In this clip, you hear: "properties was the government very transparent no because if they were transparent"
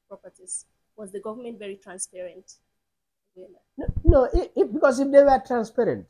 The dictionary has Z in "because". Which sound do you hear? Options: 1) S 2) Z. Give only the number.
1